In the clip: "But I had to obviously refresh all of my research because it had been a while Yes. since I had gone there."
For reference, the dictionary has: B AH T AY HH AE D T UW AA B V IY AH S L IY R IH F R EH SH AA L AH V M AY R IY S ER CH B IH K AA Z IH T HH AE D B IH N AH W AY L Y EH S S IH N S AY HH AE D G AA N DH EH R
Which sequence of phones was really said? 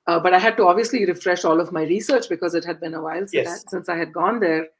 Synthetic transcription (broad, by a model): B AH T AY HH AE D T UW AA B V IY AH S L IY R IH F R EH SH AA L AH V M AY R IY S ER CH B IH K AA Z IH T HH AE D B IH N AH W AY L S S IH N S AY HH AE D G AA N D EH R